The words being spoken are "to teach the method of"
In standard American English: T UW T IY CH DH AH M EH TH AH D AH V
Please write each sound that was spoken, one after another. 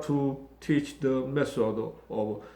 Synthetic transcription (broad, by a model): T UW T IY CH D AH M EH S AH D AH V